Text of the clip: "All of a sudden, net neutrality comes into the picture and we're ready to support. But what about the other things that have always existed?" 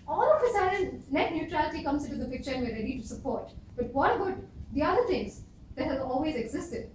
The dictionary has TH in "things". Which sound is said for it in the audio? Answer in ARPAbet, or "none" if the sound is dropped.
T